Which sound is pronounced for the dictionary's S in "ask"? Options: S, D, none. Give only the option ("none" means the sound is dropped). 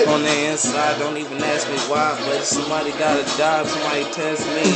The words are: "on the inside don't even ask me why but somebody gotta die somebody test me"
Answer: S